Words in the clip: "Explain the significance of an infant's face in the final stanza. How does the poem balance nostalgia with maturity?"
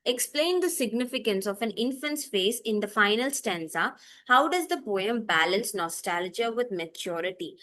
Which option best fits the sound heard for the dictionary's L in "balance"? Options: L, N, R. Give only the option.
L